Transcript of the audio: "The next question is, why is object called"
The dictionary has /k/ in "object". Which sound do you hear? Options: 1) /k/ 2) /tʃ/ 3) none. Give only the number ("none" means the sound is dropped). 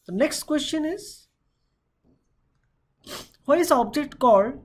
1